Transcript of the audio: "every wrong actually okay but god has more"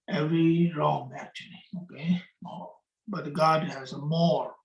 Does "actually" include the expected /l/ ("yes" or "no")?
yes